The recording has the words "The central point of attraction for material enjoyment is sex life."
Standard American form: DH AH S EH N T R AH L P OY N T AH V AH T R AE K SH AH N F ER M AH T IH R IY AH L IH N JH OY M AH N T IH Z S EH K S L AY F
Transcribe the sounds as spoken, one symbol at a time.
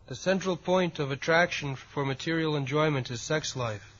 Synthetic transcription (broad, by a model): DH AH S EH N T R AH L P OY N T AH V AH T R AE K SH AH N F ER M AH T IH R IY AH L IH N JH OY M AH N T IH Z S EH K S L AY F